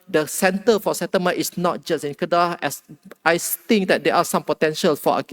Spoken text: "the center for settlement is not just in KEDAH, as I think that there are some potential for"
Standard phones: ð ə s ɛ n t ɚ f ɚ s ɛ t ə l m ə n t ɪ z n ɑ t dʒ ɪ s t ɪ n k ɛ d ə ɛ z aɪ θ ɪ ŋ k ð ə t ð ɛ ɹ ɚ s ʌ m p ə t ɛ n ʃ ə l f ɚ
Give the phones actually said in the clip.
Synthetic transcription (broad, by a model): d ə s ɛ n t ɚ f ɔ s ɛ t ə m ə t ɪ s n ɑ t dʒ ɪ s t ɪ n k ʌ d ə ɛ s aɪ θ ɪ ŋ k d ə t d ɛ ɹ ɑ s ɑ m p ə t ɛ n ʃ ə l f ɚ